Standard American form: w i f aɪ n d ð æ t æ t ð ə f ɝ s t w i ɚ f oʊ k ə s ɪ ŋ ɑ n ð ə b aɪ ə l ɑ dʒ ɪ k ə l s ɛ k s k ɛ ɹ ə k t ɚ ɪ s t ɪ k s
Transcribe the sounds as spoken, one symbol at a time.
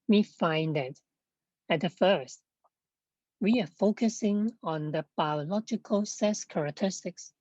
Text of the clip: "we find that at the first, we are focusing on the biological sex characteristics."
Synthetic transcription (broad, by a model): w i f aɪ n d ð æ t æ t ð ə f ɝ s t w i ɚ f oʊ k ə s ɪ ŋ ɑ n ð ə b aɪ ə l ɑ dʒ ɪ k ə l s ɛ s k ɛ ɹ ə k t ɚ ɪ s t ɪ k s